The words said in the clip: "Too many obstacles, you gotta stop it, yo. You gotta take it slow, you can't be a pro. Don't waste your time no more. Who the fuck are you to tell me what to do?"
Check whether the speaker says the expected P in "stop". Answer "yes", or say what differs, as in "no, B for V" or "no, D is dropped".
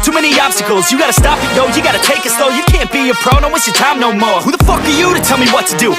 yes